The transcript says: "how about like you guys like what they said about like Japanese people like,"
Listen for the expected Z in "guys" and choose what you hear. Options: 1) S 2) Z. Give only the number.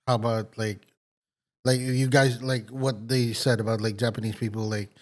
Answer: 2